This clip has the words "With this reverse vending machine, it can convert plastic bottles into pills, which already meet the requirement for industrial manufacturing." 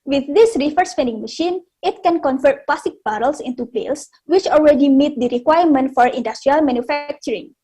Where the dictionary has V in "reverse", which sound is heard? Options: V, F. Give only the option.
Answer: F